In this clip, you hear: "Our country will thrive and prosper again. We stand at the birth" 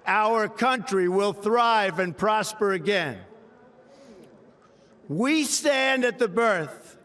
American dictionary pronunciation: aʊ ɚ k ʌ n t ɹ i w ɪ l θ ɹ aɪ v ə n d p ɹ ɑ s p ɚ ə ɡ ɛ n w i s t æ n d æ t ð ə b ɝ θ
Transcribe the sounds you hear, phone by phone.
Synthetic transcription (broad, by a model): aʊ ɚ k ʌ n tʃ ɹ i w ɪ l θ ɹ aɪ v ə n p ɹ ɑ s p ɚ ə ɡ ɛ n w i s t æ n d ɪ t ð ə b ɝ θ